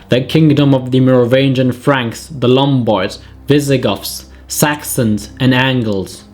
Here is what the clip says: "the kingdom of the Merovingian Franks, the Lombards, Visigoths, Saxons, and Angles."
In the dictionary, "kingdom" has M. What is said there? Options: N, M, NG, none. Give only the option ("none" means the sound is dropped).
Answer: M